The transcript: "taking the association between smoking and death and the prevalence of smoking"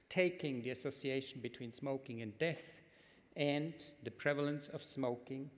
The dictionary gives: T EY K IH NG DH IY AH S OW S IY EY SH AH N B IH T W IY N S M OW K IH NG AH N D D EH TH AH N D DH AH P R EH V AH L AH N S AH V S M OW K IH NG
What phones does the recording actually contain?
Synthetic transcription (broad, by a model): T EY K IH NG DH IY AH S OW S IY EY SH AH N B IH T W IY N S M OW K IH NG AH N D D EH TH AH N DH AH P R EH V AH L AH N S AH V S M OW K IH NG